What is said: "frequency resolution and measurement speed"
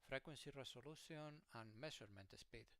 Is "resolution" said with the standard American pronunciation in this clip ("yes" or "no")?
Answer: no